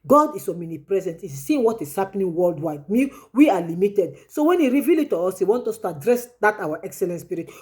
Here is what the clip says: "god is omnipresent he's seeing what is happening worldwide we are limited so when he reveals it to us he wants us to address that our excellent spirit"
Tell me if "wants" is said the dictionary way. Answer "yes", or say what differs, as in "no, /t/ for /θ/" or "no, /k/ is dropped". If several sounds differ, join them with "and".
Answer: no, /s/ is dropped